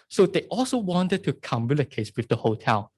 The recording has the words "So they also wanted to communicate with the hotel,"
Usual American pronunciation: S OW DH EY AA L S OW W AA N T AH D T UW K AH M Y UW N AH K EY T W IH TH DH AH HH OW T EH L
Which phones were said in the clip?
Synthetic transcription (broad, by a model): S OW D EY AA L S OW W AA N T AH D T UW K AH M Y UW L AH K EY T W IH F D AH HH OW T EH L